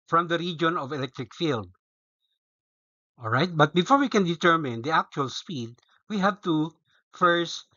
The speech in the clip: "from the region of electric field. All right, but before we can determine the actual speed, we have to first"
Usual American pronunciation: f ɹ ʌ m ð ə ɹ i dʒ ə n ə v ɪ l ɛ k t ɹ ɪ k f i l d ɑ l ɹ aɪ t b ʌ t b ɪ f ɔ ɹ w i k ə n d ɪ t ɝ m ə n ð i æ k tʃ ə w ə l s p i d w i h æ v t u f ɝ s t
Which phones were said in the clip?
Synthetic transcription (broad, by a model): f ɹ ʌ m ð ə ɹ i dʒ ə n ə v ɪ l ɛ k t ɹ ɪ k f i l d ɑ l ɹ aɪ t b ʌ t b ɪ f ɔ ɹ w i k ə n d ɪ t ɝ m ə n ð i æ k tʃ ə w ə l s p i d w i h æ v t u f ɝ s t